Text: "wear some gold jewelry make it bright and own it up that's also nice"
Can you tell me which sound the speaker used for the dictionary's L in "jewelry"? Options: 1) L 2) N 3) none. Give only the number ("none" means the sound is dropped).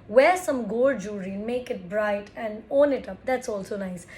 3